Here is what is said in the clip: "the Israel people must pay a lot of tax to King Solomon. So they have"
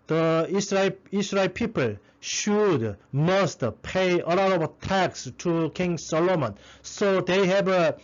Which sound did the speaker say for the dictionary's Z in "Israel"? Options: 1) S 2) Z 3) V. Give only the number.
1